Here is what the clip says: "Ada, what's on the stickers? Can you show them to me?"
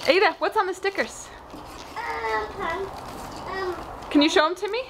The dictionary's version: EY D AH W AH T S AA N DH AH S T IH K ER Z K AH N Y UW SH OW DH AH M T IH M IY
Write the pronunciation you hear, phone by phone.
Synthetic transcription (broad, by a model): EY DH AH W AH T S N DH AH S T IH K ER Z K AH N Y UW SH OW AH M T IH M IY